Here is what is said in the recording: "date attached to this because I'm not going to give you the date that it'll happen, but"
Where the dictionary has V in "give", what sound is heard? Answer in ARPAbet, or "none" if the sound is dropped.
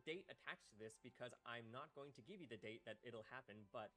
V